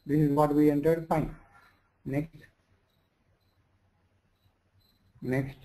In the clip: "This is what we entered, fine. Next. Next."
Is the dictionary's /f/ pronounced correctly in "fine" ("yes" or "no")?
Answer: no